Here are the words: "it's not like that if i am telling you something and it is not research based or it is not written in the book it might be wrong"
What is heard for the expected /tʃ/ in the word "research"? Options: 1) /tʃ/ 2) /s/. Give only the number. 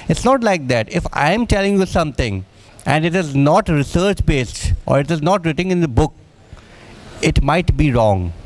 1